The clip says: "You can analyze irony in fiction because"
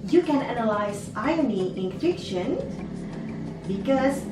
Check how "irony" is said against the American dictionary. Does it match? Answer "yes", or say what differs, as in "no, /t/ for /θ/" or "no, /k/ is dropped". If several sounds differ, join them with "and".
no, /ɹ/ is dropped